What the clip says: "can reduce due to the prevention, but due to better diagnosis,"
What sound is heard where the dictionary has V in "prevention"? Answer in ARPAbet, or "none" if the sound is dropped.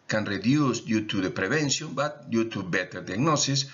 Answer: B